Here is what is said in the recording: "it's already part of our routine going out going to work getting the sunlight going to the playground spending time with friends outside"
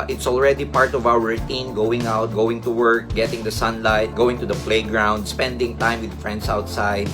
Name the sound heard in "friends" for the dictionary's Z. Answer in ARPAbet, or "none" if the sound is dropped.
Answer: S